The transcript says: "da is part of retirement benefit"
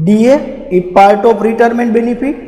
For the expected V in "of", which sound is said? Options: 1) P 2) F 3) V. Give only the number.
1